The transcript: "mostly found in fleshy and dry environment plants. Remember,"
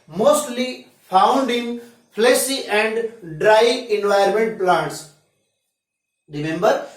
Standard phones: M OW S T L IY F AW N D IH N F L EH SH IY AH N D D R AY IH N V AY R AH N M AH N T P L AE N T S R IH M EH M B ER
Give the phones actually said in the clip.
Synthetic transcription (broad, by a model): M OW S T L IY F AW N D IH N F L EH S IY AH N D D R AY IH N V AY AH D M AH N T P L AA N T S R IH M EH M B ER